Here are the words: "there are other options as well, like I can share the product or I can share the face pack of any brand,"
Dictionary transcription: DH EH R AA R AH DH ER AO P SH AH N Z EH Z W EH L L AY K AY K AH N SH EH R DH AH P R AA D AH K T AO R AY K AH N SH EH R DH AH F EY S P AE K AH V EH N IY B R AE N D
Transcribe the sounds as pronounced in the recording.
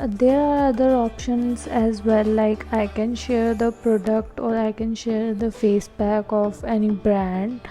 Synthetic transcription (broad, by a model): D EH R AA R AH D ER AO P SH AH N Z EH Z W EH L L AY K AY K AH N SH EH R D AH P R AA D AH K T AO R AY K AH N SH EH R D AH F EY S B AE K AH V EH N IY B R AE N D